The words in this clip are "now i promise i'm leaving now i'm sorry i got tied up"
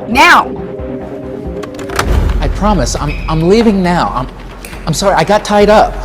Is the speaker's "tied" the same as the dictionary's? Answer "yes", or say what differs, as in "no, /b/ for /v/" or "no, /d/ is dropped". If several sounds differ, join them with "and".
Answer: yes